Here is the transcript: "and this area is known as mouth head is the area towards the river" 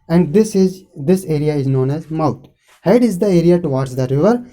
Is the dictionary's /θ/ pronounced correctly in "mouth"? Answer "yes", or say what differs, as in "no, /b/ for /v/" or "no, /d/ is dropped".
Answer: no, /t/ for /θ/